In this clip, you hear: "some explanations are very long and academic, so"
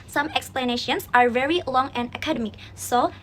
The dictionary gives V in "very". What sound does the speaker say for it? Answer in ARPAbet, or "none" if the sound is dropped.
V